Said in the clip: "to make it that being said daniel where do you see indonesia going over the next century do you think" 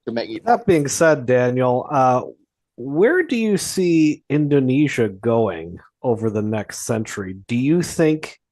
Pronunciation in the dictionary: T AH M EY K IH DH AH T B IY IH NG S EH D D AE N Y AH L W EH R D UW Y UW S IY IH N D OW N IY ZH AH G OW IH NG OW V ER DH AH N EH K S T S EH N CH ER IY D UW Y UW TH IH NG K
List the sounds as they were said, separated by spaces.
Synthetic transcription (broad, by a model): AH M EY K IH DH AH T B IY IH NG S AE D D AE N Y AH W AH R D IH Y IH S IY IH N D OW N IY ZH AH G OW IH NG OW V ER DH AH N EH K S T S EH N CH ER IY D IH Y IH TH IH NG K